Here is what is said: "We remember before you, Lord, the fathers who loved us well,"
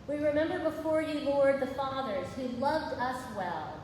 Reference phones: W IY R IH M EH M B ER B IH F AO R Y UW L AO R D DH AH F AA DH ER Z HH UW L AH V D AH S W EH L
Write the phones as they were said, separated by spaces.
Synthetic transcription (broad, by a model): W IY R IH M EH M B ER B IH F AO R Y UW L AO R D DH AH F AA DH ER Z HH UW L AH V D AH S W EH L